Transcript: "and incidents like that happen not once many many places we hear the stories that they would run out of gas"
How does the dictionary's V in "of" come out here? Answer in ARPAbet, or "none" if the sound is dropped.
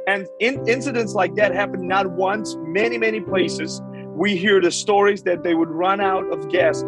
V